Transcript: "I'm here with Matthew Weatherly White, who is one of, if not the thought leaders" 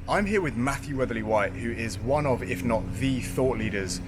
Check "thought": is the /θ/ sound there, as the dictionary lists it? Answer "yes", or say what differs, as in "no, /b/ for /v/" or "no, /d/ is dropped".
yes